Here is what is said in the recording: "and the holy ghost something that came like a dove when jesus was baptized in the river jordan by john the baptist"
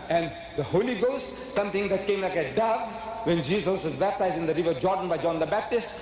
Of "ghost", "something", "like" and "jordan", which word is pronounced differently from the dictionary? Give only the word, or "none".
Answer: something